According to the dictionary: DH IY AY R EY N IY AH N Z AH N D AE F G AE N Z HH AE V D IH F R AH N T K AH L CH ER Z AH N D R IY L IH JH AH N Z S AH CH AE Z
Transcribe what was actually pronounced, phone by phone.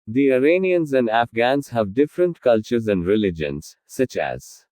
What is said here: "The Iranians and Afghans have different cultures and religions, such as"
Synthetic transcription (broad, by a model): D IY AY R EY N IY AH N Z AH N D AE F G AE N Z HH AE V D IH F R AH N T K AH L CH ER Z AH N D R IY L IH JH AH N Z S AH CH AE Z